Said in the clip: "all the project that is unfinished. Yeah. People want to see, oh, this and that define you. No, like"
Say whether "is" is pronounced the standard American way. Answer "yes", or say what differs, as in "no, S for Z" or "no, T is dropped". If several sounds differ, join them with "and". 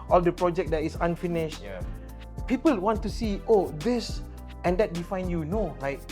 no, S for Z